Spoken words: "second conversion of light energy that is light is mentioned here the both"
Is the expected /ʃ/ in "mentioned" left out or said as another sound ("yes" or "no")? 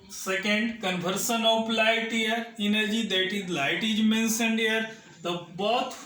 yes